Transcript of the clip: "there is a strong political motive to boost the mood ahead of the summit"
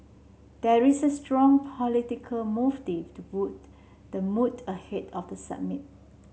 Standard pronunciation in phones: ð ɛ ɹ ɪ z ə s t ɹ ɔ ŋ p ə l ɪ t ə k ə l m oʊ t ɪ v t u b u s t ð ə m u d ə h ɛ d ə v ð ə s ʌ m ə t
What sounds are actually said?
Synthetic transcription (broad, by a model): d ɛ ɹ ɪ s ə s t ɹ ɔ ŋ p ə l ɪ t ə k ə l m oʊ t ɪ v t u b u t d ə m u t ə h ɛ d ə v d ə s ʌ m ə t